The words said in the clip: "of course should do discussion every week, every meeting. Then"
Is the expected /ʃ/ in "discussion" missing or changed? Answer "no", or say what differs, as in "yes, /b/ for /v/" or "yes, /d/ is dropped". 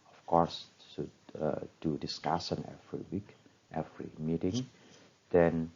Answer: yes, /s/ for /ʃ/